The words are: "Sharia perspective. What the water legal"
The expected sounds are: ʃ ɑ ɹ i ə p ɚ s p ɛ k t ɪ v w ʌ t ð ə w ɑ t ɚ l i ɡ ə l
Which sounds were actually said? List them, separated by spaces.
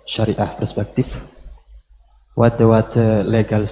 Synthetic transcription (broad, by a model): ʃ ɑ ɹ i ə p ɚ s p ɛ k t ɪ f w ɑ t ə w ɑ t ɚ l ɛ ɡ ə l